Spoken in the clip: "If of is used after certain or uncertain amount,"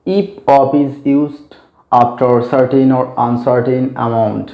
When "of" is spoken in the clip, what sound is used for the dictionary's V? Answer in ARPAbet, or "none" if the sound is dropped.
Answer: P